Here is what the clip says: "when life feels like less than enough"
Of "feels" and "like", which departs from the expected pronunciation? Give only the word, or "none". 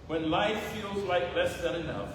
none